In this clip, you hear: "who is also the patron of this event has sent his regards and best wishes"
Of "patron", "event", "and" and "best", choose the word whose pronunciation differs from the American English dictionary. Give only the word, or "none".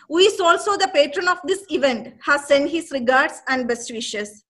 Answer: none